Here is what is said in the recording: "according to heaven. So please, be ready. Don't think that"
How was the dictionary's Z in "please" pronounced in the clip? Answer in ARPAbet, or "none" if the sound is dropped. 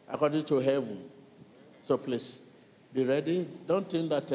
S